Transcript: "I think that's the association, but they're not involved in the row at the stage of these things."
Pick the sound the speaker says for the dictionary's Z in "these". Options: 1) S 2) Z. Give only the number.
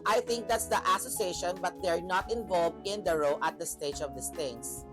1